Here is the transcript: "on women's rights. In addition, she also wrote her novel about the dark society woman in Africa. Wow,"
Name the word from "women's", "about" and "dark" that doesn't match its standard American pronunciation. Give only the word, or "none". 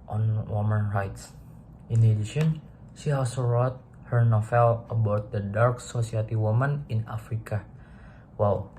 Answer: women's